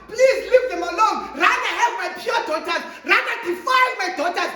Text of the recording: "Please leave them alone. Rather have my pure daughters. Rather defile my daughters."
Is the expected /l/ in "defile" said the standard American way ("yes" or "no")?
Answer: no